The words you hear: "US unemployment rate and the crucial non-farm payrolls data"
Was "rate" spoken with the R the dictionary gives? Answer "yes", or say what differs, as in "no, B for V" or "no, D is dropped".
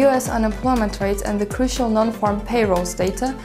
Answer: yes